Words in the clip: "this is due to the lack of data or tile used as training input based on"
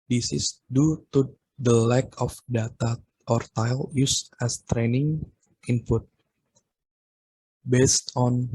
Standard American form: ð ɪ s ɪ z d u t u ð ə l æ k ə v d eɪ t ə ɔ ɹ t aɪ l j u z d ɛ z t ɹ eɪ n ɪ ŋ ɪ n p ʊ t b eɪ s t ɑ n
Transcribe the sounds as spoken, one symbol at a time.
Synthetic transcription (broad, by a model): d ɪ s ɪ s d u t u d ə l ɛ k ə f d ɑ t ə ɔ ɹ t aɪ l j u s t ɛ s t ɹ eɪ n ɪ ŋ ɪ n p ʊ t b eɪ s t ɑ n